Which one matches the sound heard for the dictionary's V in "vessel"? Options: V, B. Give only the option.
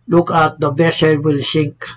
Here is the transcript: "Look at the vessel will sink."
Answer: B